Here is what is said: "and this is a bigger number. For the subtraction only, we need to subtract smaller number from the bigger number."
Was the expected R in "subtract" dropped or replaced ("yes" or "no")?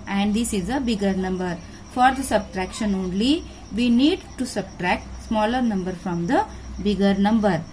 no